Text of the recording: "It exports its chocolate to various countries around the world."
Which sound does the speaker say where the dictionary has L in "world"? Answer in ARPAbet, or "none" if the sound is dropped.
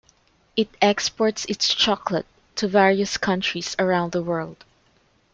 L